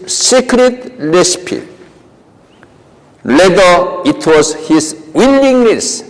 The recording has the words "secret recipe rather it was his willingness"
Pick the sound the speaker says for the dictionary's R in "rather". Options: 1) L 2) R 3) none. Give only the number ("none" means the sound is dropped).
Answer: 1